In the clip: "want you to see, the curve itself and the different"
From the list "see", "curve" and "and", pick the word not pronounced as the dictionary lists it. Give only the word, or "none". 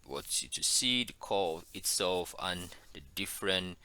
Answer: curve